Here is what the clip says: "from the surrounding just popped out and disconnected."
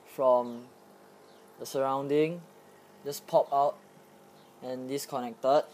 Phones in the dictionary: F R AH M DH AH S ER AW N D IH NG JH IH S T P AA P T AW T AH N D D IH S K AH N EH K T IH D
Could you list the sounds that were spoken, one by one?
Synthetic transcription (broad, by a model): F R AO M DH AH S ER AW N D IH NG JH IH S P AA P AW T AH N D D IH S K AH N EH K T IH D